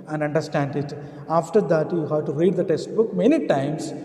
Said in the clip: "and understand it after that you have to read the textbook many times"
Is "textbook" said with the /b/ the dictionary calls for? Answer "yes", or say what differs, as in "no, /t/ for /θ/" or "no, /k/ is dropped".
yes